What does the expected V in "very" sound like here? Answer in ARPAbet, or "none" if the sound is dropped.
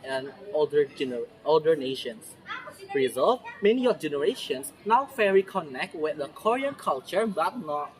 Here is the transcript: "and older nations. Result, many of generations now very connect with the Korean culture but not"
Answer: F